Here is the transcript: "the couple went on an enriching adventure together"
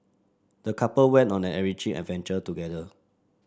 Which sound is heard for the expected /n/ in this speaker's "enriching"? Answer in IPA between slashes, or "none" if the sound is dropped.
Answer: none